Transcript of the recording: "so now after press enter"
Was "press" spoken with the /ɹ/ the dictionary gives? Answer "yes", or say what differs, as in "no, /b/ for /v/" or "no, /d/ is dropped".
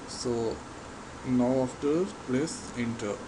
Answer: no, /l/ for /ɹ/